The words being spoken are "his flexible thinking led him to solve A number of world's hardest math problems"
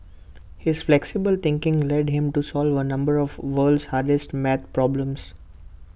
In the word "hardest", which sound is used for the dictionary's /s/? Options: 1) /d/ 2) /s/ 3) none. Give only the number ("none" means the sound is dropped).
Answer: 2